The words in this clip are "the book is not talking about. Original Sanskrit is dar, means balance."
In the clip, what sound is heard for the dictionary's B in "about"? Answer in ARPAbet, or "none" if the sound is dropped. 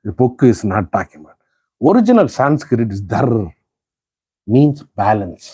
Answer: none